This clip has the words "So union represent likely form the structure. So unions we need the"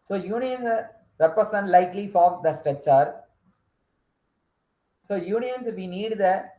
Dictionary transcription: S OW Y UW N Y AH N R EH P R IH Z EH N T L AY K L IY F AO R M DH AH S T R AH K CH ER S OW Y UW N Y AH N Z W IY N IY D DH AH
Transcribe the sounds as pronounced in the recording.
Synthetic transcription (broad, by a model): S OW Y UW N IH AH N R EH P R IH S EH N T L AY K L IY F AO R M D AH S T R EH CH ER S OW Y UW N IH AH N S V IY N IY D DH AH